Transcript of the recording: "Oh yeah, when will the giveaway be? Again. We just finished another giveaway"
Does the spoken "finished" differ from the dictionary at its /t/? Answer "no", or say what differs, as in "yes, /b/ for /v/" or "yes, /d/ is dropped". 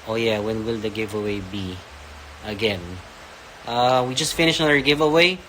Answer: yes, /t/ is dropped